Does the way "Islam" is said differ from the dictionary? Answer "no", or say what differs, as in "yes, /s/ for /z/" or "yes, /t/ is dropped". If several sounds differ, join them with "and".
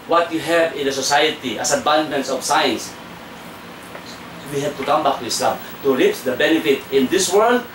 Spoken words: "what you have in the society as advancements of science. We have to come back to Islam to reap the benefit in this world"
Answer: no